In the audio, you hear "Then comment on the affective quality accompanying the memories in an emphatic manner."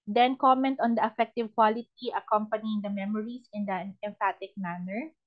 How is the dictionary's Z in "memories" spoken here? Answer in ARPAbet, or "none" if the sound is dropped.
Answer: S